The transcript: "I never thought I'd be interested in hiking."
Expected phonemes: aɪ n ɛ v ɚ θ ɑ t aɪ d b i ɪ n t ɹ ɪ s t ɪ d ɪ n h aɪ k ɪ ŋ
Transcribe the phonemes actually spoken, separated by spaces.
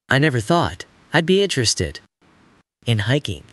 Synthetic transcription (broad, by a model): aɪ n ɛ v ɚ θ ɑ t aɪ d b i ɪ n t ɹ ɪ s t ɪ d ɪ n h aɪ k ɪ ŋ